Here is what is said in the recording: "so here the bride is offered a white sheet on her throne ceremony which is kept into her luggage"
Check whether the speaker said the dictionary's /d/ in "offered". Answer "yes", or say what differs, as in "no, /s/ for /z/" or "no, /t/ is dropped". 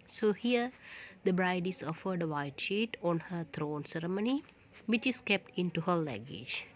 yes